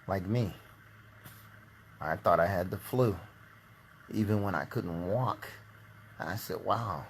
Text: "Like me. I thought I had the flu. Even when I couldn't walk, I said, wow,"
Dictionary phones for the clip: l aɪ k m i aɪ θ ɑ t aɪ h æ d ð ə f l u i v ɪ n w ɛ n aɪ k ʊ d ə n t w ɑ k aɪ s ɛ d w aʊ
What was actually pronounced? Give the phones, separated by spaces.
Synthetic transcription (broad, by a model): l aɪ k m i aɪ θ ɑ t aɪ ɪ d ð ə f l u i v ɪ n w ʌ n aɪ k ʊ d n t w ɑ k aɪ s ɛ d w aʊ